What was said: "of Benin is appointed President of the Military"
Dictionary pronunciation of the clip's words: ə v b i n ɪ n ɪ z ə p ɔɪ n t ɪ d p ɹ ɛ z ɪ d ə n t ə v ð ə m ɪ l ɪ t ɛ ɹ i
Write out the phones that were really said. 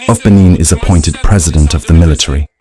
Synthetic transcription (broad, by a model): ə v b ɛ n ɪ n ɪ z ə p ɔɪ n t ɪ d p ɹ ɛ z ɪ d ə n t ə v ð ə m ɪ l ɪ t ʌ ɹ i